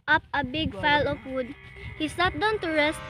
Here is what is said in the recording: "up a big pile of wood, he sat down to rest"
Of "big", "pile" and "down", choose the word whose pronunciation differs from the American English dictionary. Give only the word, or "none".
pile